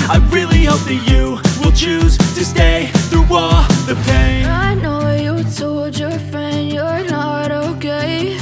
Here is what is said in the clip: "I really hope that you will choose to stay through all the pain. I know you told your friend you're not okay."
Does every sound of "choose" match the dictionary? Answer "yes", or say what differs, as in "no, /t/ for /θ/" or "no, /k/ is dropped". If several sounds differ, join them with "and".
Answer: yes